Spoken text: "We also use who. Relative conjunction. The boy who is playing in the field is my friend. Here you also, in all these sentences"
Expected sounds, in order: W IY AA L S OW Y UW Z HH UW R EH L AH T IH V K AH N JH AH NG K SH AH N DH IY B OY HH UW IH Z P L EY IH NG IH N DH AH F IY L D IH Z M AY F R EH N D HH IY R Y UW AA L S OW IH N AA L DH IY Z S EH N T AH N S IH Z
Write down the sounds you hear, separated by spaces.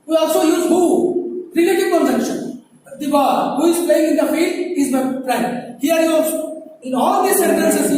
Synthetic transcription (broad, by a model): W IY AA L S OW Y UW Z HH UW R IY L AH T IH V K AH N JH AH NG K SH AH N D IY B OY HH UW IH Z P L EY IH NG IH N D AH F IY L D IH Z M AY P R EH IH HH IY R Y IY AA L S OW IH N AA L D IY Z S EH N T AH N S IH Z